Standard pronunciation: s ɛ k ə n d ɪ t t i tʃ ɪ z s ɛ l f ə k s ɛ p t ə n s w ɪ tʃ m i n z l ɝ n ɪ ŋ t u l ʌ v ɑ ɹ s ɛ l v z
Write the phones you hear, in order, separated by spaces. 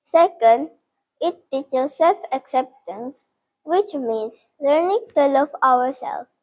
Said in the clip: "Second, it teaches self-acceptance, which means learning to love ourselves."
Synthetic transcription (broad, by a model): s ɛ k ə n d ɪ t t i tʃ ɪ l s ɛ l f ə k s ɛ p t ə n s w ɪ tʃ m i n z l ɝ n ɪ ŋ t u l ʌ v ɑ ɹ s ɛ l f